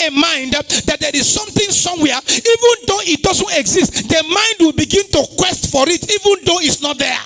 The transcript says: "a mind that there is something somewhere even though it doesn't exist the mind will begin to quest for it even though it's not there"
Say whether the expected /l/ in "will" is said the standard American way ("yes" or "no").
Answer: yes